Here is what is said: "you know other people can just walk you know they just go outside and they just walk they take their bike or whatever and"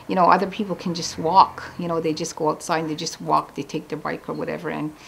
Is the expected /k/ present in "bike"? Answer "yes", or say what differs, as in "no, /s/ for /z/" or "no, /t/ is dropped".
yes